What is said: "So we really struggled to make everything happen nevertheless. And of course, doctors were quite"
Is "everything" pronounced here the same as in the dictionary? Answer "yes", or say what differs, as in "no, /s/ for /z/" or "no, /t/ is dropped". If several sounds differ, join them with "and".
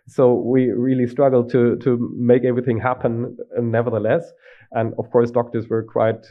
yes